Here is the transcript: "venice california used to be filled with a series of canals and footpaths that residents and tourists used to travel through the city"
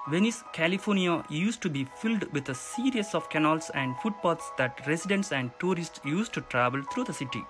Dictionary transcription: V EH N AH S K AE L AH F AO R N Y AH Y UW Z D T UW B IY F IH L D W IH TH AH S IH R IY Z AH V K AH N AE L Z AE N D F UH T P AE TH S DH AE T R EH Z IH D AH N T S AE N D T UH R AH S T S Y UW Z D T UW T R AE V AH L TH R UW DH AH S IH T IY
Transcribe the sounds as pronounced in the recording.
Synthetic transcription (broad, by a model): V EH N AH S K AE L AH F AO R N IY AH Y UW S T UW B IY F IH L D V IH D AH S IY R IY S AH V K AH N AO L S AE N D F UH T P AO T S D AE T R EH S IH D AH N T S AE N D T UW R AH S T S Y UW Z T UW T R AE V AH L T R UW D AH S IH T IY